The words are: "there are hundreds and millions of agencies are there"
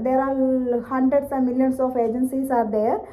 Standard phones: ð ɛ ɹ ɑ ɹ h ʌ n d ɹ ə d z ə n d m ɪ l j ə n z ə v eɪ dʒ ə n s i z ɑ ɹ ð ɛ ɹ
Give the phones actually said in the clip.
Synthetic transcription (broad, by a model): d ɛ ɹ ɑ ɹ h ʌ n d ɹ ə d s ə m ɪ l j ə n s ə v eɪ dʒ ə n s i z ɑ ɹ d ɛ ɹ